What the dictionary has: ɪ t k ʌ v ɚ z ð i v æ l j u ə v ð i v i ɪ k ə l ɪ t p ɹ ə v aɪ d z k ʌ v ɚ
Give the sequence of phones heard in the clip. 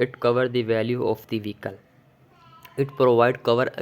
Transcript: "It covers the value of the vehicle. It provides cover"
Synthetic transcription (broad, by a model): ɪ t k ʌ v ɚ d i v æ l j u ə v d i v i k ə l ɪ t p ɹ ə v aɪ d k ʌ v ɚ